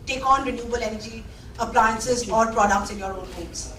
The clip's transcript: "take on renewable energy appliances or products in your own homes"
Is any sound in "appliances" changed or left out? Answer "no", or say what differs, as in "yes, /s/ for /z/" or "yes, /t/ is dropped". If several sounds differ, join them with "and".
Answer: no